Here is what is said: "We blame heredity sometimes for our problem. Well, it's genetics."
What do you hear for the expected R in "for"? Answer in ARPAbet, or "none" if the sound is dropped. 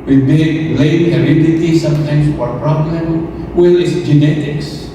W